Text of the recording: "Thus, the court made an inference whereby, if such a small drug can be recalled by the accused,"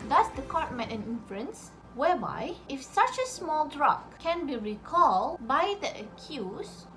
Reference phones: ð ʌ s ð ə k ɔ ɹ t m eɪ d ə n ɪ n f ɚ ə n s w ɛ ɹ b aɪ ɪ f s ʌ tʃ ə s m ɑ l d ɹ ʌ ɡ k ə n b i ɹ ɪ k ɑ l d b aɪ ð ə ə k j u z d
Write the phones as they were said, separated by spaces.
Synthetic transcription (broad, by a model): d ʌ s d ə k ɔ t m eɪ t ə n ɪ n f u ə n s w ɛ b aɪ ɪ f s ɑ tʃ ə s m ɑ l d ɹ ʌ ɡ k ə n b i ɹ ɪ k ɑ l d b aɪ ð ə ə k j u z